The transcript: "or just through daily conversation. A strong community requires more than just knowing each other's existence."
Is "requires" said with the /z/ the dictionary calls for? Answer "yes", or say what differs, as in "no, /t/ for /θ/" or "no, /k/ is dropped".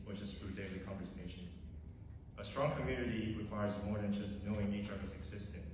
yes